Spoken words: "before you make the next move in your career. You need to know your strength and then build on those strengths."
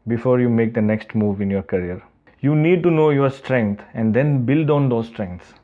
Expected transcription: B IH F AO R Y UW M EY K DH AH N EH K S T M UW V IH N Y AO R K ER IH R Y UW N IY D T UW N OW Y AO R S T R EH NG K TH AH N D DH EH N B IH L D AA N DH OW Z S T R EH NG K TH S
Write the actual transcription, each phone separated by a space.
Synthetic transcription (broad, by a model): B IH F AO R Y UW M EY K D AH N EH K S T M UW V IH N Y AO R K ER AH R Y UW N IY D T UW N OW Y AO R S T R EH NG K T AH N D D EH N B IH L D AA N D OW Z S T R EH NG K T S